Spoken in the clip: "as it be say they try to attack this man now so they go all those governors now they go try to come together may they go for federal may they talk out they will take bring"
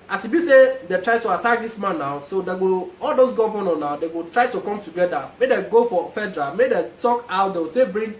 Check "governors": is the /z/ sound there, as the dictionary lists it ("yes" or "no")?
no